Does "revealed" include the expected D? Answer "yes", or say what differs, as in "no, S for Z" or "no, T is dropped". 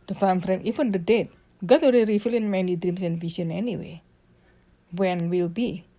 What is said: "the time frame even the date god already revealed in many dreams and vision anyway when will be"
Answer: no, D is dropped